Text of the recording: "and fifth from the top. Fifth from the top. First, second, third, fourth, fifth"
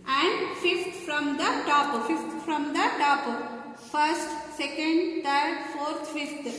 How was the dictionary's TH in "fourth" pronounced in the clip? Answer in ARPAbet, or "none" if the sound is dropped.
T